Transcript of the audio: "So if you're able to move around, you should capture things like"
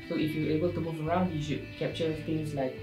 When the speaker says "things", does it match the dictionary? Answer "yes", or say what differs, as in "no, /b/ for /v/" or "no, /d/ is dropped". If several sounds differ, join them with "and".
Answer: no, /t/ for /θ/ and /s/ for /z/